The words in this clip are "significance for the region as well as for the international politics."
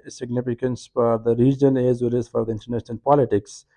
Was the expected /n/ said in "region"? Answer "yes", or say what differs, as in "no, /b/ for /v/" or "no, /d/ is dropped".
no, /l/ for /n/